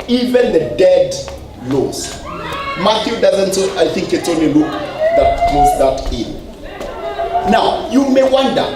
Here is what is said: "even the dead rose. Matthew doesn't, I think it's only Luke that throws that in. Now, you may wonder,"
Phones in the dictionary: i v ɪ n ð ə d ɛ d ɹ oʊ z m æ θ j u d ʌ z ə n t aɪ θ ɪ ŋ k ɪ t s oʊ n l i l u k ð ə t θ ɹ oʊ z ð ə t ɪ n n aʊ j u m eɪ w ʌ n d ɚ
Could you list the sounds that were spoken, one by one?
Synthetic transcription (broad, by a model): i v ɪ n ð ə d ɛ d l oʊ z m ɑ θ j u d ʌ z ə n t aɪ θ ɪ ŋ k ɪ t s oʊ n l i l u k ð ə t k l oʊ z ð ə t ɪ n n aʊ j u m eɪ w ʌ n d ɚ